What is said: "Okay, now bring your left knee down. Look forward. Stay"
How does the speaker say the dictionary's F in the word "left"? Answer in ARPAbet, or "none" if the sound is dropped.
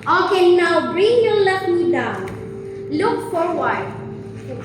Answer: none